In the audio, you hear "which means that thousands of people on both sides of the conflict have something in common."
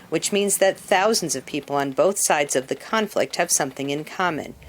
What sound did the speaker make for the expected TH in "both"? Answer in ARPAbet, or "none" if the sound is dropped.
TH